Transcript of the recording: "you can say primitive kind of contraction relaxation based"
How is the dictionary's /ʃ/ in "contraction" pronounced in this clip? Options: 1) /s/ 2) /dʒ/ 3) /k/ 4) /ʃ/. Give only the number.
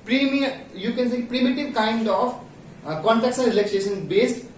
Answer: 1